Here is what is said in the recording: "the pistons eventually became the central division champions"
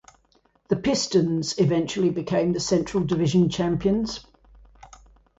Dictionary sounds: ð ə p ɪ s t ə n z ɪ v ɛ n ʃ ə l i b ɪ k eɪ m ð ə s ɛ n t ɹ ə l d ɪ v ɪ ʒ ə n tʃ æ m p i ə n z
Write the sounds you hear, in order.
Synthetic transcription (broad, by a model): ð ə p ɪ s t ə n z ɪ v ɛ n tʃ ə l i b ɪ k eɪ m ð ə s ɛ n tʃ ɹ ə l d ɪ v ɪ ʒ ə n tʃ æ m p i ə n z